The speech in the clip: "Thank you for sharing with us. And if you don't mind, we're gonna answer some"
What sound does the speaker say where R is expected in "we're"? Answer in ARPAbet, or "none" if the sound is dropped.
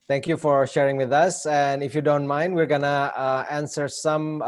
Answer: R